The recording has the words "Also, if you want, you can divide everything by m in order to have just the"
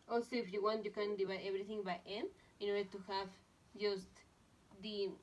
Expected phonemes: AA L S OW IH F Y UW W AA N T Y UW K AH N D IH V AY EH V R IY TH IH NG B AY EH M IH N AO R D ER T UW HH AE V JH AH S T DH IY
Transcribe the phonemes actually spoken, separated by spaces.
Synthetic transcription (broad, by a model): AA L S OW IH F Y UW W AA N T Y UW K AH N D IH B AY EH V R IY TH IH NG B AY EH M IH N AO R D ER T UW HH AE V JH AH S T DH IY